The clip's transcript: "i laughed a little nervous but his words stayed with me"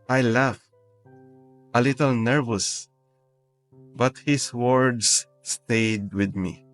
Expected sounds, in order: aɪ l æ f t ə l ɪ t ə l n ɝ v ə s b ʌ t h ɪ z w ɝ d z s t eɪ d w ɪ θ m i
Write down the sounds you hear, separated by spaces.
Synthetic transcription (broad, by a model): aɪ l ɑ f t ə l ɪ t ə l n ɝ v ə s b ʌ t h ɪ s w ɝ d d s t eɪ d w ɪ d m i